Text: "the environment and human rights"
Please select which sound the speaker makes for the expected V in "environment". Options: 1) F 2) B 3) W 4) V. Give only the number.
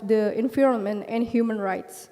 1